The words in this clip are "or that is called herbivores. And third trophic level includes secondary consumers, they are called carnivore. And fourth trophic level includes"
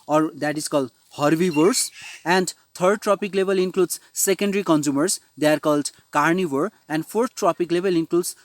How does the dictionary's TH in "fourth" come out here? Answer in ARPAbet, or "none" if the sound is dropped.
T